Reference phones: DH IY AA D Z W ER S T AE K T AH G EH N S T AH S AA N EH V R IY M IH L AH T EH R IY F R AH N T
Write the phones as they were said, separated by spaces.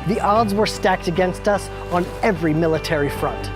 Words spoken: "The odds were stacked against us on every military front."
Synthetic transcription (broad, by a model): DH IY AA D Z W ER S T AE K T AH G EH N S T AH S N EH V R IY M IH L AH T EH R IY F R AH N T